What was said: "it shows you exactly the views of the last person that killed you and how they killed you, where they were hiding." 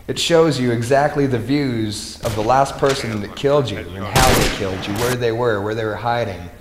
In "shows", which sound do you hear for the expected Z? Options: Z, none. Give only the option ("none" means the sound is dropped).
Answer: Z